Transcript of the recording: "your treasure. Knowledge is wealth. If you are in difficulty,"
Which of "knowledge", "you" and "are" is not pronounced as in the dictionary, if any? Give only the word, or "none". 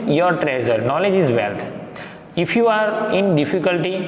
none